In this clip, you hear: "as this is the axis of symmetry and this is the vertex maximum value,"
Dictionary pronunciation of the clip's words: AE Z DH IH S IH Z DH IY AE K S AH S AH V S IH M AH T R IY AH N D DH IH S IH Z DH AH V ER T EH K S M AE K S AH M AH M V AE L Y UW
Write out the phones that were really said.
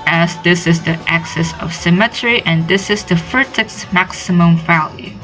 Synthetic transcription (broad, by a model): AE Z DH IH S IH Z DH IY AE K S AH S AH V S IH M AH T R IY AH N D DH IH S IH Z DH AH F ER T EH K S M AE K S AH M AH M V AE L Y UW